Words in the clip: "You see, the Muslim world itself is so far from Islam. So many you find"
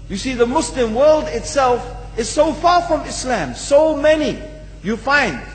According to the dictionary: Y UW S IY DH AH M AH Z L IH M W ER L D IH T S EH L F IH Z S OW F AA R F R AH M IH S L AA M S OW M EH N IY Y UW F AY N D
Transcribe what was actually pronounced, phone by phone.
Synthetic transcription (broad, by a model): Y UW S IY DH AH M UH S L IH M W ER L D IH T S EH L F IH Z S OW F AA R F R AH M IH S L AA M S OW M EH N IY Y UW F AY N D